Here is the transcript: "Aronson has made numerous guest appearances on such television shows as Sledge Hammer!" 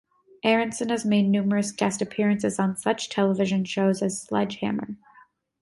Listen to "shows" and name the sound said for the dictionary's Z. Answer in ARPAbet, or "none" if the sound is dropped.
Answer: Z